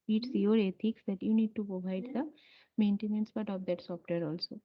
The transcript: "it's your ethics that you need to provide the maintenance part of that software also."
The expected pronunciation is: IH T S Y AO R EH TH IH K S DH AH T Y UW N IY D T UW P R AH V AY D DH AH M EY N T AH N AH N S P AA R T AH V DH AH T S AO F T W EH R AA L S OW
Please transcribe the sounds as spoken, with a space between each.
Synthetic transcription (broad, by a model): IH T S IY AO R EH T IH K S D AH T Y UW N IY D T UW P R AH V AY D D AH M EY N T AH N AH N S B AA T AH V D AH T S AO F T W EH R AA L S OW